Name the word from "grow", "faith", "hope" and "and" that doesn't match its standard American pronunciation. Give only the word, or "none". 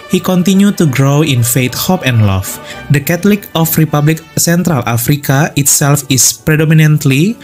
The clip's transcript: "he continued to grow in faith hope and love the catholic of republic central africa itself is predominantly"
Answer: faith